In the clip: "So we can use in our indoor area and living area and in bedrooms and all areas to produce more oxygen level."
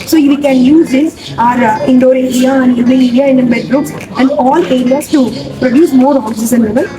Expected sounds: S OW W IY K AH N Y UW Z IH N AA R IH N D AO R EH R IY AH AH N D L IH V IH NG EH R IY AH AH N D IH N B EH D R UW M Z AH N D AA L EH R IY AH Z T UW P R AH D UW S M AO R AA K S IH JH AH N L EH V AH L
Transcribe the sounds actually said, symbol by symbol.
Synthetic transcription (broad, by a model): S OW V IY K AH N Y UW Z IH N AA R IH N D AO R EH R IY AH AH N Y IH B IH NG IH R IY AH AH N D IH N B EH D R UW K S AH N D AA L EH R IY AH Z T UW P R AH D UW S M AO R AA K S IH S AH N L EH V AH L